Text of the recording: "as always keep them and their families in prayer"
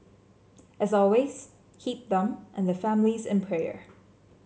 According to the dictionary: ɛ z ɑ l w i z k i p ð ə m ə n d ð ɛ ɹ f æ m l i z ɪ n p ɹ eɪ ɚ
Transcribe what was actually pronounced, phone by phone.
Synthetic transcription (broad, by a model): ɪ z ɑ l w i z k i p ð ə m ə n ð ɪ f æ m l i z ɪ n p ɹ eɪ ɚ